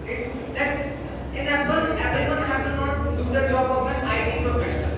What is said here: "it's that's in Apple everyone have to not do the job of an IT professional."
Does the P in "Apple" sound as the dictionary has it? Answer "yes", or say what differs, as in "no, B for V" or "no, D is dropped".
no, B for P